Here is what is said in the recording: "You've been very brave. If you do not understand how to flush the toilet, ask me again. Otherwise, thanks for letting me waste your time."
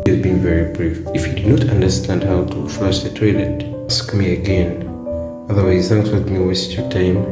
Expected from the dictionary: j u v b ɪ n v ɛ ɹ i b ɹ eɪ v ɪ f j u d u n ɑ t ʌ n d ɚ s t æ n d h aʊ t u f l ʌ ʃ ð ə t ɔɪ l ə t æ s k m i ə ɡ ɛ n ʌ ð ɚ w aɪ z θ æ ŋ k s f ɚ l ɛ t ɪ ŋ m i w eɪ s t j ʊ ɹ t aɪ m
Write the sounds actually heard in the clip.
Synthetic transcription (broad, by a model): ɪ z b ɪ n v ɛ ɹ i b ɹ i f ɪ f j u d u n ɑ t ʌ n d ɚ s t æ n d h aʊ t u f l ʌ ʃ ð ə t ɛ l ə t s k m i ə ɡ ɛ n ʌ ð ɚ w aɪ z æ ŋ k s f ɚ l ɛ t m i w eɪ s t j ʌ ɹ t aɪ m